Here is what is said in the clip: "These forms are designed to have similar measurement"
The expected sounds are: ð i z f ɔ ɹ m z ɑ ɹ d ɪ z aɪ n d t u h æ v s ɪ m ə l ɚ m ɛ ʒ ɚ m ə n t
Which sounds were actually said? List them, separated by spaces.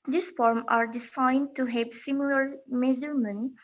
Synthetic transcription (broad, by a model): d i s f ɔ ɹ m ɑ ɹ d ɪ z aɪ n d t u h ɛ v s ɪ m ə l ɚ m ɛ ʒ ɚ m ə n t